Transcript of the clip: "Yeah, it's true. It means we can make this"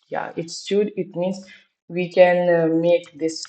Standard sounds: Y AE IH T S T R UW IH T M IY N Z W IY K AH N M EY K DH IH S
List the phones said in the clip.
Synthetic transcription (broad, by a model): Y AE IH T S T UW IH T M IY N S W IY K AH N M EY K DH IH S